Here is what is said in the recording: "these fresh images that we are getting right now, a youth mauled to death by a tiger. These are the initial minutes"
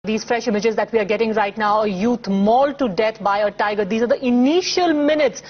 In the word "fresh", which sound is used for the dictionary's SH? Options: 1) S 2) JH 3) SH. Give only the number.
3